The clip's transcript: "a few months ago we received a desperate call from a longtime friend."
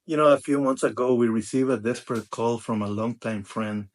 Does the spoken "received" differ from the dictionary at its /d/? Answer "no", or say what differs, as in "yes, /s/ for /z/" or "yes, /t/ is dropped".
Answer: yes, /d/ is dropped